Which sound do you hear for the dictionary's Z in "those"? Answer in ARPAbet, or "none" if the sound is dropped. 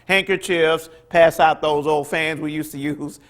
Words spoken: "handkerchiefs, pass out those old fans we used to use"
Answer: Z